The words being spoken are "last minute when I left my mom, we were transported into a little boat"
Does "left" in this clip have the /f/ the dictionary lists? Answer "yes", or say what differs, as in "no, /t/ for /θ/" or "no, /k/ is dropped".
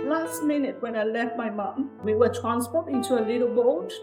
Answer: yes